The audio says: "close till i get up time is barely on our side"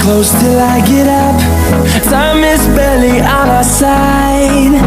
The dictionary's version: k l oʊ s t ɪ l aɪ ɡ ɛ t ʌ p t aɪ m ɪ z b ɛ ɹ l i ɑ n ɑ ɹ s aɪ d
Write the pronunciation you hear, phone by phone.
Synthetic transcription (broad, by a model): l oʊ s t ɪ l aɪ ɡ ɛ t ʌ p s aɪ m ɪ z b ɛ l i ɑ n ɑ s aɪ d